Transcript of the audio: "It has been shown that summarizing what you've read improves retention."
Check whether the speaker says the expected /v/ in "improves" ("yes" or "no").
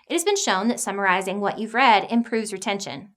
yes